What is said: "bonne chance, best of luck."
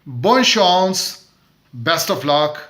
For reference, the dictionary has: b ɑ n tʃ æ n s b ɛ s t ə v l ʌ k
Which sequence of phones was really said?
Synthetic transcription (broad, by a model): b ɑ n ʃ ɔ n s b ɛ s t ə f l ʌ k